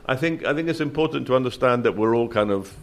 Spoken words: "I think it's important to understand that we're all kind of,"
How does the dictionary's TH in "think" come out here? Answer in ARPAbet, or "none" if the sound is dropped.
TH